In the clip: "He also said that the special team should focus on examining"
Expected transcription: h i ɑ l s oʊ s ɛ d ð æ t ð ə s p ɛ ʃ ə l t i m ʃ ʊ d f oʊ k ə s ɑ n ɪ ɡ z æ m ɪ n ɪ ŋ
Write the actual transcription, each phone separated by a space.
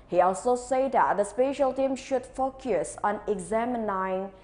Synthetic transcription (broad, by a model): h i ɑ l s oʊ s ɛ d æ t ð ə s p ɛ ʃ ə l t i m ʃ ʊ d f oʊ k ə s ɑ n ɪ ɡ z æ m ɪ n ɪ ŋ